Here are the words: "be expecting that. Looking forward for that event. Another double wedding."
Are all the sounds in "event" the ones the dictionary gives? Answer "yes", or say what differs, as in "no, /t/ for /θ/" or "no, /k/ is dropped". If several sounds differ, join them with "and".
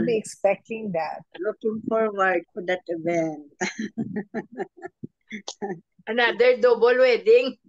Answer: no, /t/ is dropped